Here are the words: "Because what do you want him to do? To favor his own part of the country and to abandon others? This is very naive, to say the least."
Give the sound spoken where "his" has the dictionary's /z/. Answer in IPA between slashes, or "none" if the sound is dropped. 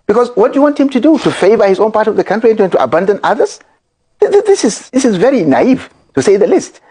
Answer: /z/